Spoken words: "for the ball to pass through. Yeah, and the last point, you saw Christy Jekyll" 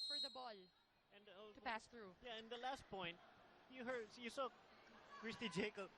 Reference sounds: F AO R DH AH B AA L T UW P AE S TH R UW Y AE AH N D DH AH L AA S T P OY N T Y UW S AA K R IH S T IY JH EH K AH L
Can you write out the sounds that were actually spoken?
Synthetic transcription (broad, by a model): F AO R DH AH B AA L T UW P AE S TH R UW Y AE AH N D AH L AA S T P OY N T Y UW S AA K R IH S T IY JH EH K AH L